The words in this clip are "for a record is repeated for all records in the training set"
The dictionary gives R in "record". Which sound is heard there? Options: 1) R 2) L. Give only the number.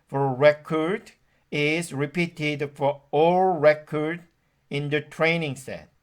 1